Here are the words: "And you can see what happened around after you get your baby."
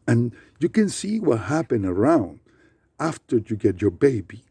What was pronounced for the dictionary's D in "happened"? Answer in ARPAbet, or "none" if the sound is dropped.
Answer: none